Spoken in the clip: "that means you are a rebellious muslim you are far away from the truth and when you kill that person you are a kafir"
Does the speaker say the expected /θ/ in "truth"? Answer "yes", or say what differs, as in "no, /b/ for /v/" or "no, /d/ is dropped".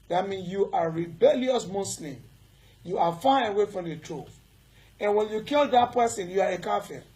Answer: no, /f/ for /θ/